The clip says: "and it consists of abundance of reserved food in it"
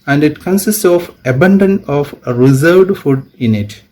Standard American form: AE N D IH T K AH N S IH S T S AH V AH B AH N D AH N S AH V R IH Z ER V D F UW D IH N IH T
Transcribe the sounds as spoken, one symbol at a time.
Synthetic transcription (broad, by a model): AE N D IH T K AH N S IH S T S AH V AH B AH N D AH N AH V R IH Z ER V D F UW D IH N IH T